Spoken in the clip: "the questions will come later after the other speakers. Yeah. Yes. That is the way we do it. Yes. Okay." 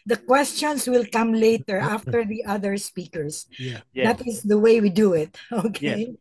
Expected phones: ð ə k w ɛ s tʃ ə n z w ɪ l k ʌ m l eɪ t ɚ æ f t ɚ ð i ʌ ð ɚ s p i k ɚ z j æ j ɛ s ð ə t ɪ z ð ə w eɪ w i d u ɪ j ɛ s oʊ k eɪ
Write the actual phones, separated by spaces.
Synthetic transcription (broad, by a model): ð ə k w ɛ s tʃ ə n s w ɪ l k ʌ m l eɪ t ɚ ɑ f t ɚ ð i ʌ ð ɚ s p i k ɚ s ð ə t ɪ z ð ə w eɪ w i d u ɪ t oʊ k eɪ